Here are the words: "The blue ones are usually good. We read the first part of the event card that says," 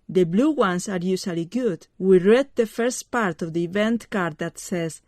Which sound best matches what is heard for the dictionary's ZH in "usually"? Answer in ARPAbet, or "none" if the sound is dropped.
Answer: S